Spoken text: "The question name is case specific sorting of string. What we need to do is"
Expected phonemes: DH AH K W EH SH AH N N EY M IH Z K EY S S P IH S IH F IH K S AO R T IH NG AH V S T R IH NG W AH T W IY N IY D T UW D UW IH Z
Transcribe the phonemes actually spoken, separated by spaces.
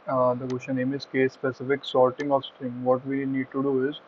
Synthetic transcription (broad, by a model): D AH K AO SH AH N N EY M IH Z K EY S S P IH S IH F IH K S AO L T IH NG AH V S T R IH NG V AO T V IY N IY D T UW D UW IH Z